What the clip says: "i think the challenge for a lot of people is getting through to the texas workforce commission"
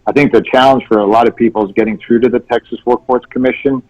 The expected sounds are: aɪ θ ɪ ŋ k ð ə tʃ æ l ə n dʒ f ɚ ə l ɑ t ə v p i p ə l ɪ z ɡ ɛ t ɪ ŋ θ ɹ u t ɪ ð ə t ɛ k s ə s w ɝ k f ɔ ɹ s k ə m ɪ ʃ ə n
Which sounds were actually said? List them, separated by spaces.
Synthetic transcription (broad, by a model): aɪ θ ɪ ŋ k ð ə tʃ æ l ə n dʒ f ɚ ə l ɑ t ə v p i p l z ɡ ɛ t ɪ ŋ θ ɹ u t ɪ ð ə t ɛ k s ə s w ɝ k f ɔ ɹ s k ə m ɪ ʃ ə n